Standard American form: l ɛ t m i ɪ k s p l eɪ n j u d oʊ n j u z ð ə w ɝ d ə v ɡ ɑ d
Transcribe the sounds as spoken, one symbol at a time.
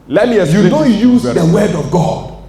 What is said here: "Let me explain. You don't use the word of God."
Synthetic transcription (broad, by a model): l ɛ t m i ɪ s j u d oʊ j u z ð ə w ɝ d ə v ɡ ɑ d